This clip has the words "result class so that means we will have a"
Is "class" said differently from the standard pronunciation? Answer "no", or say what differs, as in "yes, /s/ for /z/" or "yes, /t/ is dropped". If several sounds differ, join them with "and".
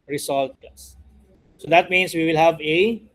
yes, /l/ is dropped